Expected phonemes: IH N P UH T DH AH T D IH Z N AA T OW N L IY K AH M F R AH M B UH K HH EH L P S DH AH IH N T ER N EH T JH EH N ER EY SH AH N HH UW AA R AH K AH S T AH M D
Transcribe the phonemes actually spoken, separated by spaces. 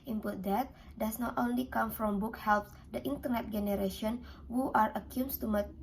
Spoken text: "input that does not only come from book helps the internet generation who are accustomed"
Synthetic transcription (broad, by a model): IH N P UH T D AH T D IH S N AA T OW N L IY K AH M F R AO M B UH K HH EH L P S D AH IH N T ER N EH T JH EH N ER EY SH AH N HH UW AA R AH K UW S T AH M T